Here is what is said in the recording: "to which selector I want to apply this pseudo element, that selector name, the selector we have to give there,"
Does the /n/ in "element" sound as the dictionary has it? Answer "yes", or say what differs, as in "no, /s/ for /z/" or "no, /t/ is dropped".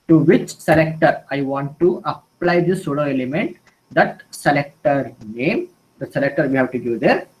yes